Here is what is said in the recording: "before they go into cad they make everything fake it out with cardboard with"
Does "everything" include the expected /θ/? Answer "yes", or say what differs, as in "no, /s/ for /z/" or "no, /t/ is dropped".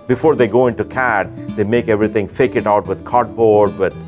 no, /t/ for /θ/